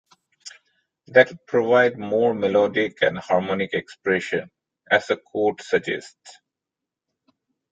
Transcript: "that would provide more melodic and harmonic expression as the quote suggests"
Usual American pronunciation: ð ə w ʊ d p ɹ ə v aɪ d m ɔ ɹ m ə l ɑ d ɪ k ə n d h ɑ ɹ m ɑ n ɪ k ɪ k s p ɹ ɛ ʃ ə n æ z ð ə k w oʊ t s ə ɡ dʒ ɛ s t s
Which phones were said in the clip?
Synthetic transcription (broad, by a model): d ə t p ɹ ə v aɪ d m ɔ ɹ m ə l ɑ d ɪ k ə n d h ɑ ɹ m ɑ n ɪ k ɪ k s p ɹ ɛ ʃ ə n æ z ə k oʊ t s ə dʒ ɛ s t s